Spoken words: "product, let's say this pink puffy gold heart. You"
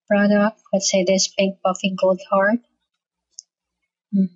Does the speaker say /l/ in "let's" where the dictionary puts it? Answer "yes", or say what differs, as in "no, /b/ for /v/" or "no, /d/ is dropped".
no, /w/ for /l/